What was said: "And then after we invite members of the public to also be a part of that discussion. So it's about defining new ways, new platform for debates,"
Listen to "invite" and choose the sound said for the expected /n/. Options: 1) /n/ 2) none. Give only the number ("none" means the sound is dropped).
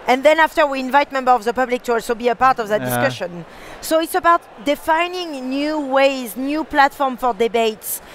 1